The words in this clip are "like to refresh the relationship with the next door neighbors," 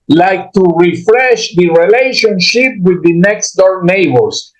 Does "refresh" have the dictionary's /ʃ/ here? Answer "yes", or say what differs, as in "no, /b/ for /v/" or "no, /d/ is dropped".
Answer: yes